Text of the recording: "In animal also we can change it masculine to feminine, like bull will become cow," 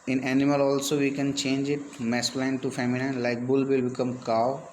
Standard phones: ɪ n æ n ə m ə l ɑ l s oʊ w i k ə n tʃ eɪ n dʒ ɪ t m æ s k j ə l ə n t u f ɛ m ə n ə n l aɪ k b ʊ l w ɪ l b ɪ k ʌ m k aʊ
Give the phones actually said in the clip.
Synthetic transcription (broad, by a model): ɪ n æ n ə m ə l ɑ l s oʊ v i k ə n tʃ eɪ n dʒ ɪ t m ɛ s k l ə ə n t u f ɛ m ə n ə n l aɪ k b ʊ l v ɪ l b ɪ k ʌ m k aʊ